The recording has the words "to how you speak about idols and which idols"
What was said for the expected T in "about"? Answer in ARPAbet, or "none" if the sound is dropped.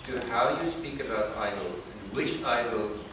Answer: T